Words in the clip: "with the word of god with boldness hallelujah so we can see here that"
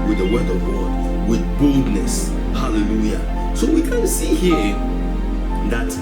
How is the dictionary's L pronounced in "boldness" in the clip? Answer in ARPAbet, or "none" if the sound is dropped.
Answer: L